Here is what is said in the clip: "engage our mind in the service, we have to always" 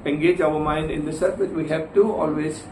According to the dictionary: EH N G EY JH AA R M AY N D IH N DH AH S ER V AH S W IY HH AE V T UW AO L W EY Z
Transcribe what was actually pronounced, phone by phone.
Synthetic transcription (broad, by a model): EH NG G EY JH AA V M AY N D IH N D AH S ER F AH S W IY HH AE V T UW AO L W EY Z